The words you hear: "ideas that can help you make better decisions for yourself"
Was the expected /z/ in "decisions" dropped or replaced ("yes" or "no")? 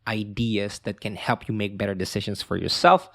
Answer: yes